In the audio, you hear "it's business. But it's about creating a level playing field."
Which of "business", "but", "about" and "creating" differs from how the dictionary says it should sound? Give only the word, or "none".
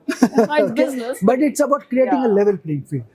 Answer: business